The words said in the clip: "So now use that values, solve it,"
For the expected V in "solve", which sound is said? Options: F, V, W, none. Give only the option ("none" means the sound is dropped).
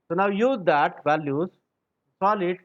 none